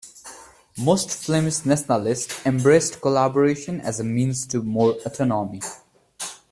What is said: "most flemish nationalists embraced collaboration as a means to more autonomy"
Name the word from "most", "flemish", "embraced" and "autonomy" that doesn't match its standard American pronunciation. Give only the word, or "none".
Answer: flemish